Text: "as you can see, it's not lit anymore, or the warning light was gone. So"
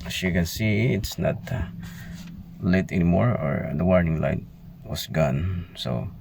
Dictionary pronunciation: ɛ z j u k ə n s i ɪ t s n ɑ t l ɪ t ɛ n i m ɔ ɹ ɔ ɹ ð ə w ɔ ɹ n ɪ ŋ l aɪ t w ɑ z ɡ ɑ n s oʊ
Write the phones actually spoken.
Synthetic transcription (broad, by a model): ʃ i k ə n s i ɪ t s n ɑ t l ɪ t ɛ n i m ɔ ɹ ɔ ɹ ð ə w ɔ ɹ n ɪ ŋ l aɪ t w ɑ s ɡ ɑ n s oʊ